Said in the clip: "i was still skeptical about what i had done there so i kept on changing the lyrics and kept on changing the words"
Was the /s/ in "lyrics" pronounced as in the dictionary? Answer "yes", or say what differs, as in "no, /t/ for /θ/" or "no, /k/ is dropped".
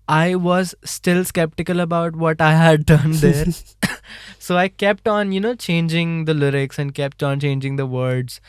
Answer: yes